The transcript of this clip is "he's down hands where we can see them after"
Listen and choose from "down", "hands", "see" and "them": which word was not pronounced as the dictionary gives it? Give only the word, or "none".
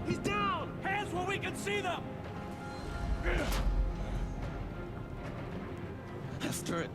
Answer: hands